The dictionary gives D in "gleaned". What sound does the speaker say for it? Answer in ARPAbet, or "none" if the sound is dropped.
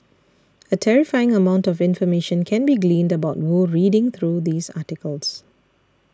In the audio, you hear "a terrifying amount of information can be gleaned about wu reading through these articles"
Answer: D